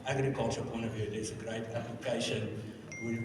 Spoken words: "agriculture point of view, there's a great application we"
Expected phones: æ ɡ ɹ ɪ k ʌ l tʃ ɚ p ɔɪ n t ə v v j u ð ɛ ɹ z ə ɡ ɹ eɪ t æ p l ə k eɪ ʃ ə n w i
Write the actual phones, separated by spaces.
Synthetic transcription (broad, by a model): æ ɡ ɹ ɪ k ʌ l tʃ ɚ p ɔɪ n t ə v v j u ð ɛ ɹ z ə ɡ ɹ eɪ t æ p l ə k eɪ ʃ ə n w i